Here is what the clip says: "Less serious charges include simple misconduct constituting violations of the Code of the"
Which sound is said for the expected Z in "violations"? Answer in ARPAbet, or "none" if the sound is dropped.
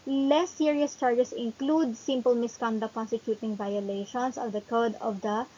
S